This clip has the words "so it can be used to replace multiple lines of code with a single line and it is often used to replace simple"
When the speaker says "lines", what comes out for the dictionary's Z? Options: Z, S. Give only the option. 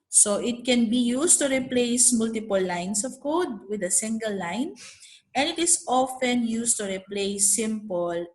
S